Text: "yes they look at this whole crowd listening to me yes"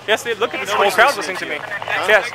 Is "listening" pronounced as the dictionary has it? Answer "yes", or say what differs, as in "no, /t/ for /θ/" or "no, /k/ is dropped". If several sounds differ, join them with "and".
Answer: no, /n/ is dropped